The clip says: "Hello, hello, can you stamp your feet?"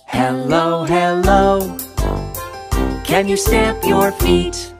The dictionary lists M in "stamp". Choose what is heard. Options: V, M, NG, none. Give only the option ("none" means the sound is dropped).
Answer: none